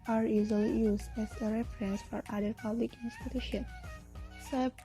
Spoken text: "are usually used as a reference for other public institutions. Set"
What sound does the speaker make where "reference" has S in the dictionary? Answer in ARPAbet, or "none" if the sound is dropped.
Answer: S